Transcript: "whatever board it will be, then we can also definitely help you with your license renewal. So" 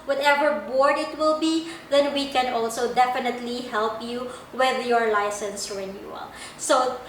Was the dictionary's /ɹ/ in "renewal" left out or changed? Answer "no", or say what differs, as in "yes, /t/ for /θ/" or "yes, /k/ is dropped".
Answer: no